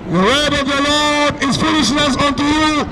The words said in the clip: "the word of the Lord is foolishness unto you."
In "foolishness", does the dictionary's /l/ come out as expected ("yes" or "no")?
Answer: no